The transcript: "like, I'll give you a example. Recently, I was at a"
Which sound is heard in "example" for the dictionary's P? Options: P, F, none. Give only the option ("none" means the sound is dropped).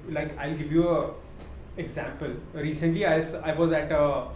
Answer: P